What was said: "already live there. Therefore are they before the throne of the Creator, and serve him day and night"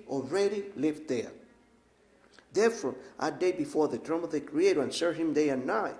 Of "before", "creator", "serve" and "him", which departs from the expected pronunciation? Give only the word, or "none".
serve